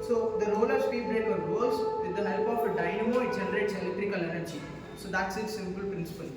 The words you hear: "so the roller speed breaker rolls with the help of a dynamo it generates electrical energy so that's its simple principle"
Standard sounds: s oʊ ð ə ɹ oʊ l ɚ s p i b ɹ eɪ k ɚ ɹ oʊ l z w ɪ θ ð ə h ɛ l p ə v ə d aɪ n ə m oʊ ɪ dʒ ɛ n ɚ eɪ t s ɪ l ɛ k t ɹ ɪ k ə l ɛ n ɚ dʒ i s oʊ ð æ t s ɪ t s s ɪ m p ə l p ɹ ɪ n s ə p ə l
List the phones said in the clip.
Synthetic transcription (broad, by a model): s oʊ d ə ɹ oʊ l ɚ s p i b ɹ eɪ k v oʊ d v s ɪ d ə h ɛ l p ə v ə d aɪ n ə m oʊ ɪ dʒ ɛ n ɚ eɪ t s ɪ l ɛ k t ɹ ɪ k ə l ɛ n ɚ tʃ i s oʊ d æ t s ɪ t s s ɪ m p ə l p ɹ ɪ n s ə p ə l